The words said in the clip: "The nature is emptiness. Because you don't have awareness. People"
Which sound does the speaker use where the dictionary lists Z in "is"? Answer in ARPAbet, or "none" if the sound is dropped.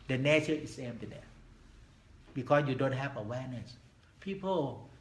S